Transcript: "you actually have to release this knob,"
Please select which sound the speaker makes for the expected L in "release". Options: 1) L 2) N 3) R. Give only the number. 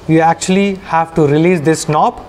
1